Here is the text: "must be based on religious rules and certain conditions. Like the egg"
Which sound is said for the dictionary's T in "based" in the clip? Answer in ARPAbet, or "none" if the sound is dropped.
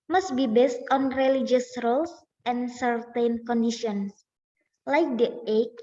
T